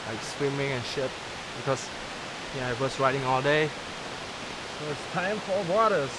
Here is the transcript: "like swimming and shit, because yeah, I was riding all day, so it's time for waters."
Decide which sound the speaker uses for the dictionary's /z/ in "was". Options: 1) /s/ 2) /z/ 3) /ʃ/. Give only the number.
1